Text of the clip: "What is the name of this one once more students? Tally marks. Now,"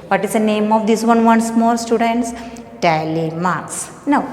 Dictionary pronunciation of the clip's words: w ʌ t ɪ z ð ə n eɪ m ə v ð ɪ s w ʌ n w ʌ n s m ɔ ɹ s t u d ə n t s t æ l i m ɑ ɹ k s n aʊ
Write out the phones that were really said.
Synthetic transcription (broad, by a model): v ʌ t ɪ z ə n eɪ m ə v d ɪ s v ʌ n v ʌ n s m ɔ l s t u d ə n t s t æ l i m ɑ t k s n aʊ